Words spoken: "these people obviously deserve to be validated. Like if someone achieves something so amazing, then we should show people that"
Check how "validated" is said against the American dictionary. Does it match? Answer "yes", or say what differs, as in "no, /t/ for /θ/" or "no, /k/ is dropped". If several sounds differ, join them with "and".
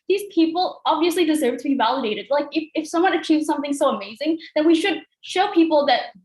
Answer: yes